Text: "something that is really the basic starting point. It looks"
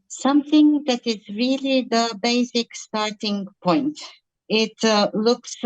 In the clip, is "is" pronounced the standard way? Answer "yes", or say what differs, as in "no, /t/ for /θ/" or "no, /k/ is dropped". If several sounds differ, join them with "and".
yes